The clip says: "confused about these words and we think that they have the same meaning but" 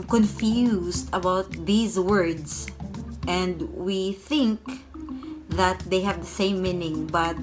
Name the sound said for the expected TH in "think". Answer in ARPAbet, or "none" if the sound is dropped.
TH